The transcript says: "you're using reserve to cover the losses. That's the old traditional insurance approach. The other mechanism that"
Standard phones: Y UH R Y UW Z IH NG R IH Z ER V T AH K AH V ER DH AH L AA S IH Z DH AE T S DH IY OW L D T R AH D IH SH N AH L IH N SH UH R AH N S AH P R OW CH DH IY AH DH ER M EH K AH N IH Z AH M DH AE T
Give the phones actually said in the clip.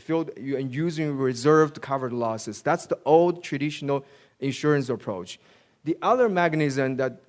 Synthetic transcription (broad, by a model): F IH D Y UW Z IH NG R IH Z ER V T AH K AH V ER L AA S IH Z DH AE T S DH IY OW L D T R AH D IH SH N AH L IH N SH UH R AH N S AH P R OW CH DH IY AH DH ER M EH K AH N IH Z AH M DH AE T